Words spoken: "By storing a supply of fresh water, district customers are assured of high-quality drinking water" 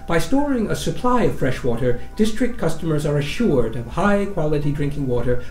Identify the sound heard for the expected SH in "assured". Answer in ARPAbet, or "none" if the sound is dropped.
SH